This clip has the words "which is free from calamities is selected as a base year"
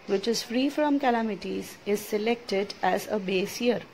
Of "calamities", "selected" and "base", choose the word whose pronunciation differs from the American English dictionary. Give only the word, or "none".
none